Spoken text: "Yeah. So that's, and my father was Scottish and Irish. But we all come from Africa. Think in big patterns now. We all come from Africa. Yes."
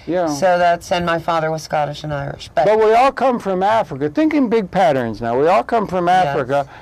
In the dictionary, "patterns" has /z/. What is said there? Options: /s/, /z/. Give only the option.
/z/